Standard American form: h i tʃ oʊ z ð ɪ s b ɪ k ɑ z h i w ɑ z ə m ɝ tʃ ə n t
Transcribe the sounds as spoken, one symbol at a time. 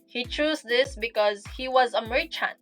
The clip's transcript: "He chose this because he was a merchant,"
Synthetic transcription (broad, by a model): h i tʃ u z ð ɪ s b ɪ k ɑ z h i w ɑ z ə m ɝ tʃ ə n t